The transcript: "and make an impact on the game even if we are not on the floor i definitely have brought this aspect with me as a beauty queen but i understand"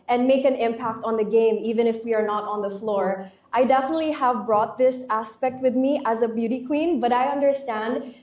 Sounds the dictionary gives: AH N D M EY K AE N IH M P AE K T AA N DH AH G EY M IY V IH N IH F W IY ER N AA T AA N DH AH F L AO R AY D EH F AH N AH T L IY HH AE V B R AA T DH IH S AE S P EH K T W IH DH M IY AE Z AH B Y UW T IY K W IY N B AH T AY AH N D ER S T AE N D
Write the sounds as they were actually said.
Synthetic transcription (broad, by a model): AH N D M EY K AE N IH M P AE K T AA N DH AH G EY M IY V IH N IH F W IY ER N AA T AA N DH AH F L AO R AY D EH F AH N AH T L IY HH AE V B R AA T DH IH S AE S P EH K T W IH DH M IY AE Z AH B Y UW T IY K W IY N B AH T AY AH N D ER S T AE N D